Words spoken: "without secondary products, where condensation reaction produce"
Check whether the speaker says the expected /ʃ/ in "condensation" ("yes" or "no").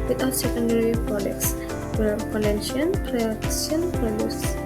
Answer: no